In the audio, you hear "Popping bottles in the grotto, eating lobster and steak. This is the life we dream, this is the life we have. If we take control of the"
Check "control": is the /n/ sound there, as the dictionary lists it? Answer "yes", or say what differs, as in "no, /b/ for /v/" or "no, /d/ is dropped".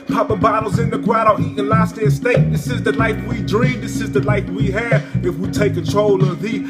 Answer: yes